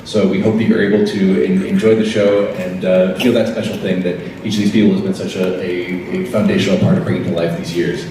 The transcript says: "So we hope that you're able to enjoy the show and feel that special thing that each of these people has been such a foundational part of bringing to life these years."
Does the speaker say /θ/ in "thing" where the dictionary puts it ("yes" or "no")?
yes